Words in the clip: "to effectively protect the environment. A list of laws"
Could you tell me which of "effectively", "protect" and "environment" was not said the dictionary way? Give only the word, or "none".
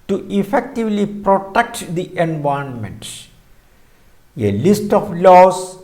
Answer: environment